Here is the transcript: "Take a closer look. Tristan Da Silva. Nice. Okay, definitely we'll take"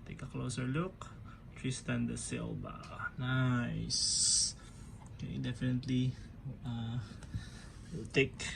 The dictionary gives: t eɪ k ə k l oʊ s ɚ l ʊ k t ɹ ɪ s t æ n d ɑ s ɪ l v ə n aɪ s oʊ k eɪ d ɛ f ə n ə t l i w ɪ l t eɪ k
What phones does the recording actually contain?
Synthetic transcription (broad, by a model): t eɪ k ə k l oʊ s ɚ l ʊ k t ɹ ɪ s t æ n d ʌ s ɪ l b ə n aɪ s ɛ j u d ɛ f ə n ə t l i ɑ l t eɪ k